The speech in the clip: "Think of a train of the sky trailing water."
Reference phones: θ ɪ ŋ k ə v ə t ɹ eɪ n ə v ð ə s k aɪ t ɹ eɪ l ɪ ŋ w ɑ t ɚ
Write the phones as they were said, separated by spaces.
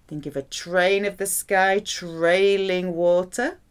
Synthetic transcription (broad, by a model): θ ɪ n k ə v ə t ɹ eɪ n ə v ð ə s k aɪ t ɹ eɪ l ɪ ŋ w ɑ t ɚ